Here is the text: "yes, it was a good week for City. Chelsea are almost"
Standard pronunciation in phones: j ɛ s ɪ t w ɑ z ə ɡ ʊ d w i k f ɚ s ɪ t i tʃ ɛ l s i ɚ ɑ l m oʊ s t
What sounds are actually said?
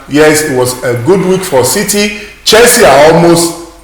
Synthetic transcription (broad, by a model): j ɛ s ɪ t w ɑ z ə ɡ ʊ d w i k f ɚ s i t i tʃ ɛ s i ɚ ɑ l m oʊ s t